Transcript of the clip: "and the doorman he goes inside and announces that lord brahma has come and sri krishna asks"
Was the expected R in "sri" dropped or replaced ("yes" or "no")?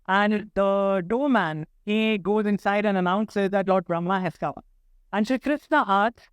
yes